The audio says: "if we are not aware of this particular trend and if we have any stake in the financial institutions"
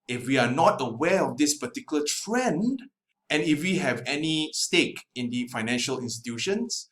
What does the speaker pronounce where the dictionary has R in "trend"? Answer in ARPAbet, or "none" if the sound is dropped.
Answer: R